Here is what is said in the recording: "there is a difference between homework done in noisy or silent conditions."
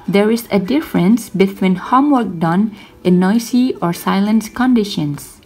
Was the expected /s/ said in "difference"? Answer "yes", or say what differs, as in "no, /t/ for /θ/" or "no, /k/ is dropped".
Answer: yes